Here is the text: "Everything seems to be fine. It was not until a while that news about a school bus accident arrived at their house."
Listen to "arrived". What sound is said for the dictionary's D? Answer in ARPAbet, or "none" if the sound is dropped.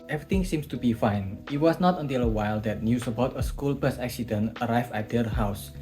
none